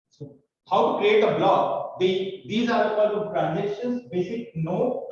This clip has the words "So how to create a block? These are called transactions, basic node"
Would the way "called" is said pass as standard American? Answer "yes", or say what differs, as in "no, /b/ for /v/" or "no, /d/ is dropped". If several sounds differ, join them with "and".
no, /l/ is dropped